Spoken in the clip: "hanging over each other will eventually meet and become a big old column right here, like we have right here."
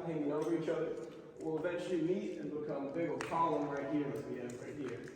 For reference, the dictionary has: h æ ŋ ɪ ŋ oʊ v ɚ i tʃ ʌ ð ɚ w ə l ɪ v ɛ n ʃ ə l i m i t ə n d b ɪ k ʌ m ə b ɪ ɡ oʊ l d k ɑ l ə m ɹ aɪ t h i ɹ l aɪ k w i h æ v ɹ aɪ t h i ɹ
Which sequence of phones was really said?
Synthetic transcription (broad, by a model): h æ ŋ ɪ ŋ oʊ v ɚ i tʃ ʌ ð ɚ w ə l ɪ v ɛ n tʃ l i m i t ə n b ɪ k ʌ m ə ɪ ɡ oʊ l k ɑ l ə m ɹ aɪ t h i ɹ w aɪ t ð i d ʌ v ɹ aɪ t h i ɹ